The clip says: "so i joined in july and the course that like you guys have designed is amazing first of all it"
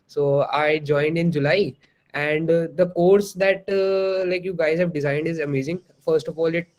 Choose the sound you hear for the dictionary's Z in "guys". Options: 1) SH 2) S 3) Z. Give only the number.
3